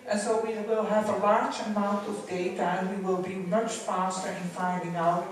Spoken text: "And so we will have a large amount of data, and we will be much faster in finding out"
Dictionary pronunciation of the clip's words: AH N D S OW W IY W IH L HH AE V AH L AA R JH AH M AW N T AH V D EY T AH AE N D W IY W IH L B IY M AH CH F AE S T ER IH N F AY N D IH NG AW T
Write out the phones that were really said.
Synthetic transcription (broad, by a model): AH N S OW W IY W IH L HH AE V AH L AA R JH AH M AW N T AH V D EY T AH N W IY W IH L B IY M AH CH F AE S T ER IH N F AY D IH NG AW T